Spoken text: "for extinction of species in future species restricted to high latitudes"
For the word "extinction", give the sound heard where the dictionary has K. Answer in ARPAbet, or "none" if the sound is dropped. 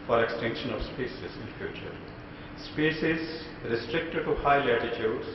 K